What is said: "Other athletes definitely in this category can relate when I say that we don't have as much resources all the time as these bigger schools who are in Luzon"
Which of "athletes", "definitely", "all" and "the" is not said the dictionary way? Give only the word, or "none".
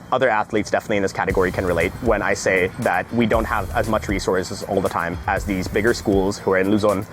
none